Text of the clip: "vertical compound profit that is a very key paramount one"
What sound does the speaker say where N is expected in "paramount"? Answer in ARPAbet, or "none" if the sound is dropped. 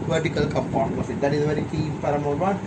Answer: none